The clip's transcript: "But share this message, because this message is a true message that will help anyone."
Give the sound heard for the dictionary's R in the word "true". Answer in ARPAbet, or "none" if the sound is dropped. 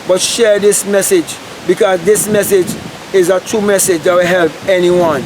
none